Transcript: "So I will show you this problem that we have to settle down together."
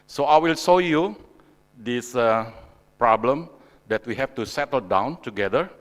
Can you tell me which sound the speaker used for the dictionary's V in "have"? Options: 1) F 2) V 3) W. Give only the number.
1